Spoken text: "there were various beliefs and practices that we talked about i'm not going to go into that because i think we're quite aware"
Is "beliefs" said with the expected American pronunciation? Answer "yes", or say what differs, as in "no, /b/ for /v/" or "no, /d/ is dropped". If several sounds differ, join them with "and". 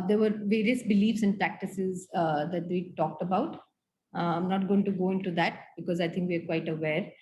yes